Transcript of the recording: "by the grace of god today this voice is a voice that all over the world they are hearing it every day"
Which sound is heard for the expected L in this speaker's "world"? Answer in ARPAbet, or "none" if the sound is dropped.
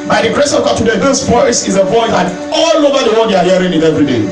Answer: none